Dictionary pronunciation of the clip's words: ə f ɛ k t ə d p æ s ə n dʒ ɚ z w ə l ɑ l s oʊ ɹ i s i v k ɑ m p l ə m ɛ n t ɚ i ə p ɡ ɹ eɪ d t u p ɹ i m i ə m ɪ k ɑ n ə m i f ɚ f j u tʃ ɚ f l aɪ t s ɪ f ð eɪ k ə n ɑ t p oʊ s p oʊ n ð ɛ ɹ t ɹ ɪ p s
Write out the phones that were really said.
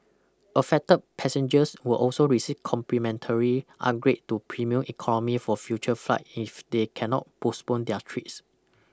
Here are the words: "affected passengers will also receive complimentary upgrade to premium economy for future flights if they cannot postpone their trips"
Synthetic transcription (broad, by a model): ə f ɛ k t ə p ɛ s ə n dʒ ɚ s w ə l ɑ l s oʊ ɹ i s i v k ɑ m p l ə m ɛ n t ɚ i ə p ɡ ɹ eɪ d t u p ɹ i m i ə m ɪ k ɑ n ə m i f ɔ f j u tʃ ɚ f l aɪ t ɪ f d eɪ k ə n ɑ t p oʊ s p oʊ n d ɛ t ɹ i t s